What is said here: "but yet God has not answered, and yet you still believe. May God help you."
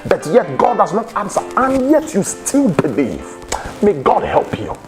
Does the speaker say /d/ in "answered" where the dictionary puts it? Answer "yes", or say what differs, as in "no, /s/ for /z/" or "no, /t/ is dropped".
no, /d/ is dropped